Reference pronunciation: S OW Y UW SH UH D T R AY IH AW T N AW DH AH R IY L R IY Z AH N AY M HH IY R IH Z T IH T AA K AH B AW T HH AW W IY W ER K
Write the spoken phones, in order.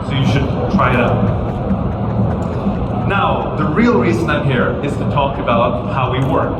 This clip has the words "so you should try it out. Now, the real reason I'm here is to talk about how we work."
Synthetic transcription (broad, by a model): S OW Y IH SH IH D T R AY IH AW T N AW DH AH R IY L R IY Z AH N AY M HH IY R IH Z T IH T AA K AH B AW T HH AW W IY W ER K